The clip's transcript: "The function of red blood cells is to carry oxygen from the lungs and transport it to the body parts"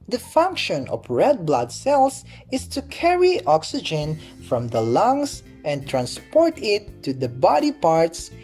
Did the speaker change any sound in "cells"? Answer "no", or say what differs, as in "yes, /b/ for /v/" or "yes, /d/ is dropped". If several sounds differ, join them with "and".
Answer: yes, /s/ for /z/